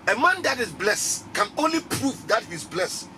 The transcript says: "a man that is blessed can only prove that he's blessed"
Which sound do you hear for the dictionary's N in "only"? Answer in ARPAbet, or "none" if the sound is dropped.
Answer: N